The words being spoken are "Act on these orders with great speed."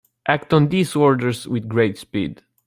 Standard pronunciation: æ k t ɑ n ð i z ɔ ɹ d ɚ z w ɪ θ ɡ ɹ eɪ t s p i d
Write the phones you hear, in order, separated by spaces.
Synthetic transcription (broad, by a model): æ k t ɑ n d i s ɔ ɹ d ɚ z w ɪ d ɡ ɹ eɪ t s p i d